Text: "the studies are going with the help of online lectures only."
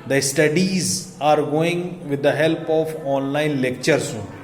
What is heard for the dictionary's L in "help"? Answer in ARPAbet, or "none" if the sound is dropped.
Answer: L